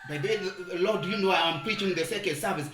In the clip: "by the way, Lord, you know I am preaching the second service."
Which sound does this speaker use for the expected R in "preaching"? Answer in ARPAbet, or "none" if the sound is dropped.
R